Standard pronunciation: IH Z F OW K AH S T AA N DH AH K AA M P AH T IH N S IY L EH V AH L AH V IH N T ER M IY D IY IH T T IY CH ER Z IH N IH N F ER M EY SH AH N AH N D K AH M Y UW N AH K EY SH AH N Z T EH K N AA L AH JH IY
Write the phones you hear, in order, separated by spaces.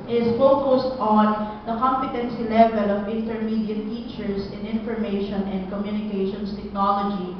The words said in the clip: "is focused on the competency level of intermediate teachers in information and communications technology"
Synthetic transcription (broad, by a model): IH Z F OW K AH S T AA N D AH K AA M P AH T IH N S IY L EH V AH L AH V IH N T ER M IY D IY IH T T IY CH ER S IH N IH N F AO M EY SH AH N AH N D K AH M Y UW N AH K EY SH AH N S T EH K N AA L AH JH IY